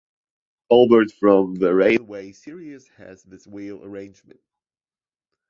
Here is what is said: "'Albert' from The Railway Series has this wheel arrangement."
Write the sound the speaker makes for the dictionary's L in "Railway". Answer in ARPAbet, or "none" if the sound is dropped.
N